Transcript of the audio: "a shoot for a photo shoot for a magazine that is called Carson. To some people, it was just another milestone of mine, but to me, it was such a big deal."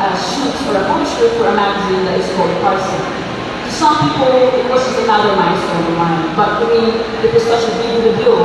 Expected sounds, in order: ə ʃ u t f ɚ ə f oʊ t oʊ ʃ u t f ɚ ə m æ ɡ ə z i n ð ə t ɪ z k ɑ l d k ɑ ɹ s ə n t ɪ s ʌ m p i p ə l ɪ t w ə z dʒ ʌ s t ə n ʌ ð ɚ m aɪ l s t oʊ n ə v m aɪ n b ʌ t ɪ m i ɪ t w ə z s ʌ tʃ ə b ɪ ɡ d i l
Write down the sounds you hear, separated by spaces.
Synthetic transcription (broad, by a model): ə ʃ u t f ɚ ə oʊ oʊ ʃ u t f ɚ ə m æ ɡ ə z i n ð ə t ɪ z k ɑ l d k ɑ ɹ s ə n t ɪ s ʌ m p i p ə l ɪ t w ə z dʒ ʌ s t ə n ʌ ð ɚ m aɪ s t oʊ ə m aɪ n b ʌ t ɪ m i ɪ t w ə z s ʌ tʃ ə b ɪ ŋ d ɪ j